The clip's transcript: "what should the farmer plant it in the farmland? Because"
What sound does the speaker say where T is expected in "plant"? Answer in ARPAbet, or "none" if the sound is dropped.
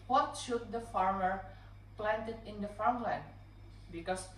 T